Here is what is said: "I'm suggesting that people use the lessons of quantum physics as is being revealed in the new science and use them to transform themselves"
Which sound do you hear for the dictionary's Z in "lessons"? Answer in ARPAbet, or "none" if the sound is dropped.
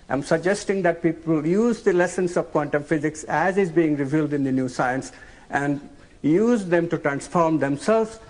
S